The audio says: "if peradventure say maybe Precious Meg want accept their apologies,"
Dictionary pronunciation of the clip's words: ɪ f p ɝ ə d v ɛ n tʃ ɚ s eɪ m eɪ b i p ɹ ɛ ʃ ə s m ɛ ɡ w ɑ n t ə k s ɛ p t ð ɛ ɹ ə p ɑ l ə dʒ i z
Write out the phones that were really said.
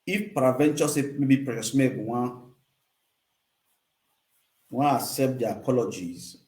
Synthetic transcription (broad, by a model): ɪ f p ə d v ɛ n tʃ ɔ s eɪ m eɪ b i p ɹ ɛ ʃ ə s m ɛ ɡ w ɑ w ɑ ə s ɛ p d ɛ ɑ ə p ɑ l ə dʒ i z